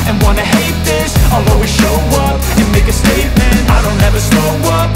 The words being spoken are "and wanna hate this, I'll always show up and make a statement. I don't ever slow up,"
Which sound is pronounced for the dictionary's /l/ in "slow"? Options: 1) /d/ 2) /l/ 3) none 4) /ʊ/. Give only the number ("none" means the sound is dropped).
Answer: 3